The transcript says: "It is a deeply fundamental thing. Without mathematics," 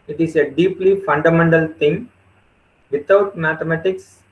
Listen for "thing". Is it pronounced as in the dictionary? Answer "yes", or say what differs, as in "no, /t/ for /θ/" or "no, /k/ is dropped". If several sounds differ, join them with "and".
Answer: no, /t/ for /θ/